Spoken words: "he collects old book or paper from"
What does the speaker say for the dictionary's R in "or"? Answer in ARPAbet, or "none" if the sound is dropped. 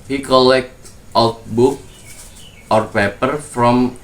R